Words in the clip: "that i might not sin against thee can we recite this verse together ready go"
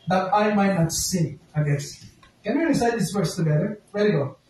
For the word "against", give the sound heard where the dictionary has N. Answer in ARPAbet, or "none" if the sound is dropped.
none